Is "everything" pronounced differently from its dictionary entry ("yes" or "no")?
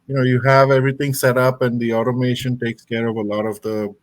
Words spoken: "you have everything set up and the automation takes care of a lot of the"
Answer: yes